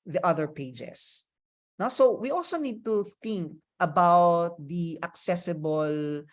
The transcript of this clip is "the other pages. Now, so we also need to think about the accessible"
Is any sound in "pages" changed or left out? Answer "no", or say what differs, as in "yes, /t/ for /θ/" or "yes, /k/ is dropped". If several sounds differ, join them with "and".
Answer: yes, /s/ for /z/